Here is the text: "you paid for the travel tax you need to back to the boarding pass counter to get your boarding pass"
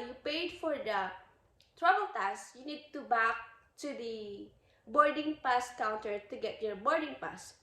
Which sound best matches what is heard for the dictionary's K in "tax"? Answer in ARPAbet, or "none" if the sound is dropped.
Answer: none